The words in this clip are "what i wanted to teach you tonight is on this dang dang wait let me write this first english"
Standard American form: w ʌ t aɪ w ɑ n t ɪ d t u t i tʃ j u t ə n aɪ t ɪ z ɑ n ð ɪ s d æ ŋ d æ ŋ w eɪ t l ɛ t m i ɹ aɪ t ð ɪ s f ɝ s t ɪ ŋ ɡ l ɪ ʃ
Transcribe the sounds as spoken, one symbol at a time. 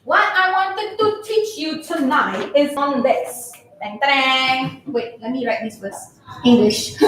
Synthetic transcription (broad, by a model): w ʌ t aɪ w ɑ n t ɪ d t u t i tʃ j u t ə n aɪ t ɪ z ɑ n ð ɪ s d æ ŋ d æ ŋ w eɪ t l ɛ t m i ɹ aɪ t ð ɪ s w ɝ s ɪ ŋ ɡ l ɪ ʃ